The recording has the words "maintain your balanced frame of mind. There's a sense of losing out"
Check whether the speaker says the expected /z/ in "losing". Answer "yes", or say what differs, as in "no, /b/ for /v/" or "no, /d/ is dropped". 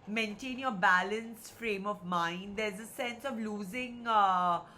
yes